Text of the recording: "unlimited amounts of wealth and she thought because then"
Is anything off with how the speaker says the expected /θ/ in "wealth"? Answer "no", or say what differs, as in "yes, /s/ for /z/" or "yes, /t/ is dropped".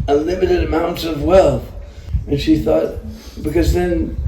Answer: no